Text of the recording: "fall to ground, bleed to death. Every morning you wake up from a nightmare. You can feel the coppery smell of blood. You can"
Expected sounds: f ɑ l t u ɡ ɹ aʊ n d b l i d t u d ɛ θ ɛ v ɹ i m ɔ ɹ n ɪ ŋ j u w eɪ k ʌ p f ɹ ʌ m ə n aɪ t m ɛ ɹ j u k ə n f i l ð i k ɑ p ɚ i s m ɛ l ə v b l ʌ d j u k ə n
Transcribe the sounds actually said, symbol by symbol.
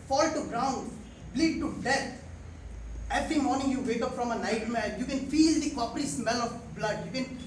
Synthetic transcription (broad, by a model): f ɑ l t u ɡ ɹ aʊ n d b l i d t u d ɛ t ɛ v ɹ i m ɔ ɹ n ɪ ŋ j u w eɪ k ʌ p f ɹ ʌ m ə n aɪ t m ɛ l j u k ə n f i l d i k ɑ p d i s m ɛ l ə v b l ʌ d j u k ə n